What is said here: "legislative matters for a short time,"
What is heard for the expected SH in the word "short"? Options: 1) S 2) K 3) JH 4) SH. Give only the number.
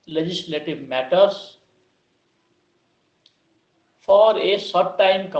1